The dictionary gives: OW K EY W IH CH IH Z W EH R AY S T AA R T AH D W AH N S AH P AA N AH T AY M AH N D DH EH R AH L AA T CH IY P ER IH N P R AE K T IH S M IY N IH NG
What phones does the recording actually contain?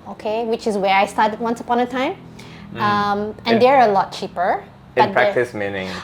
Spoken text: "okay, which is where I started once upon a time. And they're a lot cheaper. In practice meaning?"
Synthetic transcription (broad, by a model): OW K EY W IH CH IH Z W EH R AY S T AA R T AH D W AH N S AH P AA N AH T AY M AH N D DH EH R AH L AA T CH IY P ER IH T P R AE T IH S M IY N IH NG